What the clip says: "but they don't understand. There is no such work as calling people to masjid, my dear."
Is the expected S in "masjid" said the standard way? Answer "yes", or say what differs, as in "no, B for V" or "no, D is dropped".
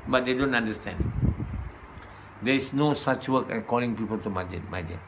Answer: no, S is dropped